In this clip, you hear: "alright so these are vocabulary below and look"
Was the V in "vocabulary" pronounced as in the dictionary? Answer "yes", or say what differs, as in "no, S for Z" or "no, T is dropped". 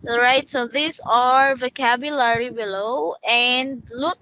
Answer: yes